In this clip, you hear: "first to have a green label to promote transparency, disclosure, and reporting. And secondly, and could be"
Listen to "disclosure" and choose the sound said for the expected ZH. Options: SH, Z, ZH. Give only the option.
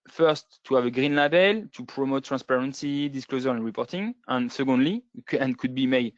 Z